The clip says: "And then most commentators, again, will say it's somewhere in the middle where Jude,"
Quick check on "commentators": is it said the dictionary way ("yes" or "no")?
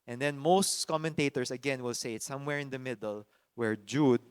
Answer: no